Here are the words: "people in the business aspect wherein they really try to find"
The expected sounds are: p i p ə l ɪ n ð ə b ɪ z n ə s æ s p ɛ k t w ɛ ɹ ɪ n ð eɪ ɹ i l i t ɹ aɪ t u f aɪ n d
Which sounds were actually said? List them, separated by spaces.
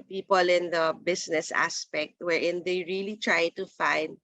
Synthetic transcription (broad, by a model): p i p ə l ɪ n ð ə b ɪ s n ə s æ s p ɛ k t w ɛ ɹ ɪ n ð eɪ ɹ i l i t ɹ aɪ t u f aɪ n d